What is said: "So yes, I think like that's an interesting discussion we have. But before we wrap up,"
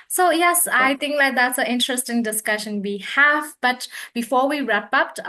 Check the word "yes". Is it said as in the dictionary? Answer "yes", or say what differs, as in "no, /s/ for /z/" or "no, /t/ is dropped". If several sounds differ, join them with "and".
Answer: yes